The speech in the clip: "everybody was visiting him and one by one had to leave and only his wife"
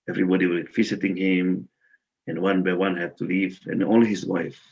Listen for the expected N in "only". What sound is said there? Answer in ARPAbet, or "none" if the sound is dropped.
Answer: none